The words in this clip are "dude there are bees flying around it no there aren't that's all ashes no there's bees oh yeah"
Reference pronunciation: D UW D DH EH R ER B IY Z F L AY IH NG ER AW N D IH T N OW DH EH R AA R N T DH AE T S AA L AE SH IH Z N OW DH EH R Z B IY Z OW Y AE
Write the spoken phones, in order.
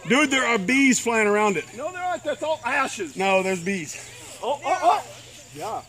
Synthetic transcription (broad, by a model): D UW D DH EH R ER B IY Z F L AY IH NG ER AW N D IH T N OW DH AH R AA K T DH AE T S AA L AE SH IH Z N OW DH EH R Z B IY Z OW Y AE